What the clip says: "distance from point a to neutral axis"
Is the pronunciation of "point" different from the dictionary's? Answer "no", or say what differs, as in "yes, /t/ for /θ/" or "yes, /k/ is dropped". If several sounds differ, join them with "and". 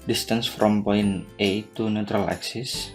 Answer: yes, /t/ is dropped